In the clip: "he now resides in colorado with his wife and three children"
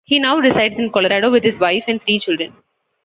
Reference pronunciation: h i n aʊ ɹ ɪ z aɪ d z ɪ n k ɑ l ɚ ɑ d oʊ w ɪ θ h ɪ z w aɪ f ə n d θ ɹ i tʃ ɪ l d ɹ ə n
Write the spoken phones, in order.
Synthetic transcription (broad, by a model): h i n aʊ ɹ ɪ s aɪ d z ɪ n k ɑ l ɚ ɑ d oʊ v ɪ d h ɪ z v aɪ f ə n d t ɹ i tʃ ɪ l d ɹ ə n